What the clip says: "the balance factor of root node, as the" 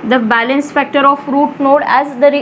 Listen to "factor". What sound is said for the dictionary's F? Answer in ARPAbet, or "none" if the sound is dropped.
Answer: F